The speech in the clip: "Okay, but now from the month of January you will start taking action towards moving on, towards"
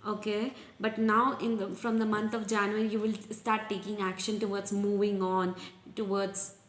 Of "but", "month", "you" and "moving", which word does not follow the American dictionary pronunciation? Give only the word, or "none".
month